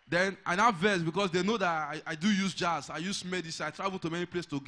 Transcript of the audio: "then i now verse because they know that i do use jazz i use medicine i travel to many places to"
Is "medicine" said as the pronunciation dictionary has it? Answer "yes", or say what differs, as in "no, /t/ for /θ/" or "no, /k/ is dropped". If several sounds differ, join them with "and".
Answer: no, /n/ is dropped